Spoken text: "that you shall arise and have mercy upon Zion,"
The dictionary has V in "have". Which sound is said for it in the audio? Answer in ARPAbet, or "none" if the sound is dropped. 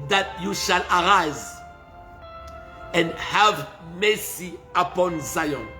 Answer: V